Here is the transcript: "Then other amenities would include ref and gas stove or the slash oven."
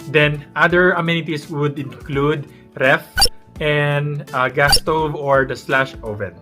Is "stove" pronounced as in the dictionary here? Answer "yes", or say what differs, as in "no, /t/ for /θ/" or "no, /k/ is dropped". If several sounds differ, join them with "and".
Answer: yes